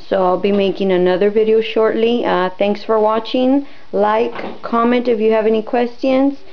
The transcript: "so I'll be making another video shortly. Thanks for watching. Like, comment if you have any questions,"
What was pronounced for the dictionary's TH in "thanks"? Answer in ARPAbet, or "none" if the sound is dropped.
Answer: TH